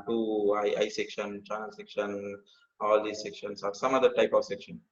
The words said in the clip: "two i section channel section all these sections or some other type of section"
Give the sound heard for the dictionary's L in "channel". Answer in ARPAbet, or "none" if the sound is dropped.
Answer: N